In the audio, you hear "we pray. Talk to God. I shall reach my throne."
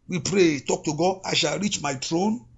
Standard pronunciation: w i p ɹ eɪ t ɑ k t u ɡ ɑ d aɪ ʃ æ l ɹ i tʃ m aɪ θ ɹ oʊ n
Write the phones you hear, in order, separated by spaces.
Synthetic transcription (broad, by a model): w i p ɹ eɪ t ɑ k t u ɡ ɑ d aɪ ʃ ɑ l ɹ i tʃ m aɪ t ɹ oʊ n